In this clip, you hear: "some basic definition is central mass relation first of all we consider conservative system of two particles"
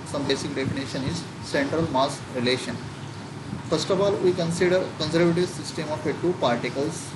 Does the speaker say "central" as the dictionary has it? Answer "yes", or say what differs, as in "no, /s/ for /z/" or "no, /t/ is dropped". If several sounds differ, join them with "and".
yes